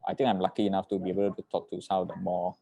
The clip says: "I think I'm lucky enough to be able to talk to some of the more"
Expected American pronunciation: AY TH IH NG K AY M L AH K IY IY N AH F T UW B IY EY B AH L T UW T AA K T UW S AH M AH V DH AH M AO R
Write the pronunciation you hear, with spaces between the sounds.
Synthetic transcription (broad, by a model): AY T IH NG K AY M L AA K IY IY N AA F T UW B IY EY B AH L T UW T AA K T UW S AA AH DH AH M AO